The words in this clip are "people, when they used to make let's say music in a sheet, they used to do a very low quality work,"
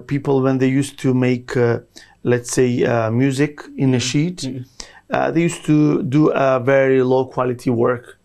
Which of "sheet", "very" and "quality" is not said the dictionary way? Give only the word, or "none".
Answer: none